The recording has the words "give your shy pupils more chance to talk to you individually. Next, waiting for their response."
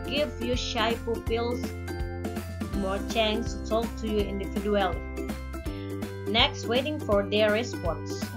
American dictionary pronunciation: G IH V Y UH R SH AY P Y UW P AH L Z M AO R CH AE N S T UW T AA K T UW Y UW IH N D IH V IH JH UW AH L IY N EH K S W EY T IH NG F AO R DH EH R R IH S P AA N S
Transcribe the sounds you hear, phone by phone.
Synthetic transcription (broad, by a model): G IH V Y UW SH AY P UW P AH L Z M AO R CH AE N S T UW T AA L T UW Y UW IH N D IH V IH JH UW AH L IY N EH K S W EY T IH NG F AO R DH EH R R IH S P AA N S